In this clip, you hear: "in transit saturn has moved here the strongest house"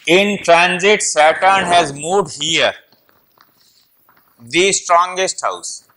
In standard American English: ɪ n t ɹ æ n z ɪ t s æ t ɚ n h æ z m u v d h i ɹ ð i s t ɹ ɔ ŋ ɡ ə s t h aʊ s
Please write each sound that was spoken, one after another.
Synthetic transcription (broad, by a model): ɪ n t ɹ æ n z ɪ t s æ t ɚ n h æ z m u d h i ɹ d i s t ɹ ɔ ŋ ɡ ə s t h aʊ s